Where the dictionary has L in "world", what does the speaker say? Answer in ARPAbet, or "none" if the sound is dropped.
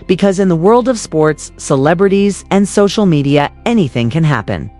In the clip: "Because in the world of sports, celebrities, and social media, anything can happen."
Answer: L